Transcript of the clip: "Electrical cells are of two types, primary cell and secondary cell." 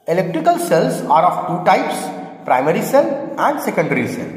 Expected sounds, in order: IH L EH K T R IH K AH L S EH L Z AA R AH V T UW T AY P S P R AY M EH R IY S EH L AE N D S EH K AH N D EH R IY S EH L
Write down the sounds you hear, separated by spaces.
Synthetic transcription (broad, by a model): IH L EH K T R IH K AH L S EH L S AA R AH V T UW T AY P S P R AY M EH R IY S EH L AE N D S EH K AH N D R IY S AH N